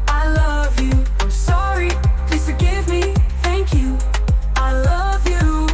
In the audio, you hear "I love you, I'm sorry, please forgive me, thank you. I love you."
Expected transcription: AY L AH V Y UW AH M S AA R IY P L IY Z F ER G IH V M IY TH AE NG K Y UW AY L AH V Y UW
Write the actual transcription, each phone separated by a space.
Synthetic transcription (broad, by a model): AY L AH V Y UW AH S AA R IY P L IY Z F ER G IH V M IY TH AE NG K Y UW AY L AH V Y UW